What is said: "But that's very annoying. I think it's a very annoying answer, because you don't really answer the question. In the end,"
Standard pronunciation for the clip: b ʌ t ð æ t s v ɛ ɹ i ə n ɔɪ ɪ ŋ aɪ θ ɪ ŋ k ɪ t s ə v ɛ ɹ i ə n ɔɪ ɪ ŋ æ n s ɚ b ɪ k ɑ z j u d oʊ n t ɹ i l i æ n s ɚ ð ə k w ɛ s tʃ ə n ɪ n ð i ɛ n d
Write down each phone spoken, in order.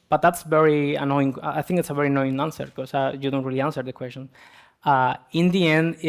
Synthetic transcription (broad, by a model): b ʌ t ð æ t s v ɛ ɹ i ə n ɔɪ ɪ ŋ aɪ θ ɪ ŋ k ɪ t s ə v ɛ ɹ i n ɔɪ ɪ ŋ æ n s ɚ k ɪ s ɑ j u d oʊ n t ɹ i l i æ n s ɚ ð ə k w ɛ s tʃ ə n ɪ n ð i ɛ n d